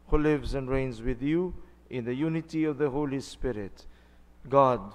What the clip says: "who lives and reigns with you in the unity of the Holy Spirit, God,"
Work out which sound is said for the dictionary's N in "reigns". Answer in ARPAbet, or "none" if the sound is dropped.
N